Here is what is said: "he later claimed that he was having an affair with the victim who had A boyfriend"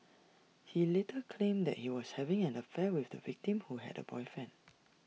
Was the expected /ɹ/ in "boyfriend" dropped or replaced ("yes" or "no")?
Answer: yes